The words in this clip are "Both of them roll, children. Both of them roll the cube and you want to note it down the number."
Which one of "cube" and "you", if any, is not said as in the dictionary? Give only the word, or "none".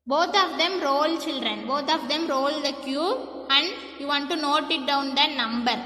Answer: cube